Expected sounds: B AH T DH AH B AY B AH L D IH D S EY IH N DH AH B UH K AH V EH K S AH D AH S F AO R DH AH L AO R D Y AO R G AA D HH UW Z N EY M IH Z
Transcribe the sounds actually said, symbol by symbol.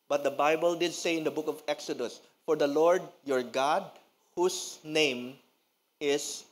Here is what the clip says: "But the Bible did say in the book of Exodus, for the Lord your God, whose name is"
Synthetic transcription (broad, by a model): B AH T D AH B AY B AH L D IH D S EY IH N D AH B UH K AH V EH K S AH D AH S F AO R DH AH L AO R D Y AO R G AA D HH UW S N EY M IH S